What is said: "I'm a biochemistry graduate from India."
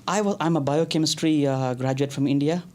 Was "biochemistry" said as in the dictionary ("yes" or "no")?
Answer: yes